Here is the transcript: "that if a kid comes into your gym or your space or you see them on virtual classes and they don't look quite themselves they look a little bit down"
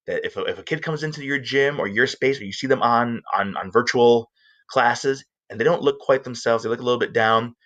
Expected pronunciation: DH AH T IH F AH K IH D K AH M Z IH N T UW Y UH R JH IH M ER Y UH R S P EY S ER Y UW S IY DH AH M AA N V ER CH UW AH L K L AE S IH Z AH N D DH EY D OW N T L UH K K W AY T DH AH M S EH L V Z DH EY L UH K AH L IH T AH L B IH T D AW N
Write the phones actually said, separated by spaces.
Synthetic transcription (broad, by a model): DH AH T IH F AH K IH D K AH M Z IH N T UW Y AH R JH IH M ER Y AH R S P EY S ER Y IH S IY DH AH M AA N V ER CH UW L K L AE S IH Z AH N DH EY D OW N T L UH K K W AY T DH AH M S EH L V Z DH EY L UH K AH L IH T L B IH T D AW N